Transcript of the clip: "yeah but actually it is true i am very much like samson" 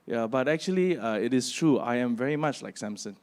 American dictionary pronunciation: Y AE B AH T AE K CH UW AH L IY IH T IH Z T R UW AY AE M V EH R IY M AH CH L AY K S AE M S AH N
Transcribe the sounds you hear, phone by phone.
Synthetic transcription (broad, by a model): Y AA B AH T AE K CH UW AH L IY IH T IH S T R UW AY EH M V EH R IY M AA CH L AY K S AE M S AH N